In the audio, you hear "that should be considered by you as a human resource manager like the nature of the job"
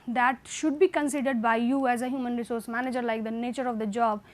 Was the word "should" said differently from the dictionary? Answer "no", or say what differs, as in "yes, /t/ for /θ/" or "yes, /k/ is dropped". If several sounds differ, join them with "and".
no